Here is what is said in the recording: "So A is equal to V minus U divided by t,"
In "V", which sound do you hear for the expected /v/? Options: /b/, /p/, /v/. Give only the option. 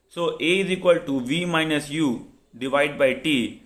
/v/